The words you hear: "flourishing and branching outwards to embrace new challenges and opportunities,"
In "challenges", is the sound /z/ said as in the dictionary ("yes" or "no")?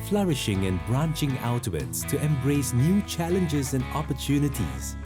yes